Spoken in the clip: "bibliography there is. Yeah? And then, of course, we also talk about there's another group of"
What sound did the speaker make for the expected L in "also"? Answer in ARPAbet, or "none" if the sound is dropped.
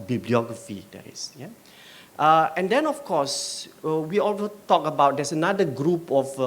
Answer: L